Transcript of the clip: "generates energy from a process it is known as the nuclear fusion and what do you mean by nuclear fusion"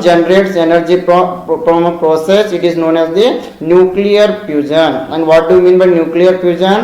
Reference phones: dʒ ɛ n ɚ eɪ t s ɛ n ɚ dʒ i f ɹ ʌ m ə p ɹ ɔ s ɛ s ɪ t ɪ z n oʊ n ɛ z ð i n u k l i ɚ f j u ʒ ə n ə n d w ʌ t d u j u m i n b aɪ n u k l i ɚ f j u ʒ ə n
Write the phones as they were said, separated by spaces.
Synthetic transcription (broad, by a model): dʒ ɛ n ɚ eɪ t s ɛ n ɚ dʒ i p ɹ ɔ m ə p ɹ ɔ s ɛ s ɪ t ɪ z n oʊ n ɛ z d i n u k l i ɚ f j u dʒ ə n ə n d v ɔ t d u j u m i n b aɪ n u k l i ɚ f j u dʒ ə n